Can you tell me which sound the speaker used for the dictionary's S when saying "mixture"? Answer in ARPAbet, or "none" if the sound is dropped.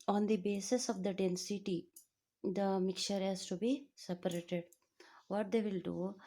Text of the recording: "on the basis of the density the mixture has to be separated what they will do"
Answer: none